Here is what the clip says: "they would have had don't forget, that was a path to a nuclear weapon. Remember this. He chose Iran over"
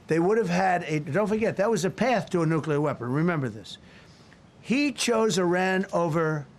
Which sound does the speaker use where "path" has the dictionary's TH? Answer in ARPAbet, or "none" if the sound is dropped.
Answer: TH